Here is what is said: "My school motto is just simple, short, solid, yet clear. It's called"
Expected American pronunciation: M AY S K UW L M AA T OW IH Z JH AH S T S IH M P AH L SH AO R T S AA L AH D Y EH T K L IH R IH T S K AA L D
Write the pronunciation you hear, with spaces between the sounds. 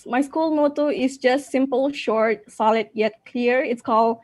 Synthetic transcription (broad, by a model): M AY S K UW L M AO T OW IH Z JH AH S T S IH M P AH L SH AO R T S AA L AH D Y EH T K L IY R IH T S K AA L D